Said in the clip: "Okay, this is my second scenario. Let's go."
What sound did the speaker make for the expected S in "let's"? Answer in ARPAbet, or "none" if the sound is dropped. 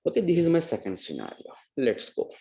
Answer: S